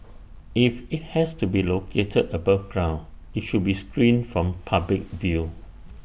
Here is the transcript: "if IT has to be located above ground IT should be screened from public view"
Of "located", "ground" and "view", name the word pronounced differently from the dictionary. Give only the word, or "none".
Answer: ground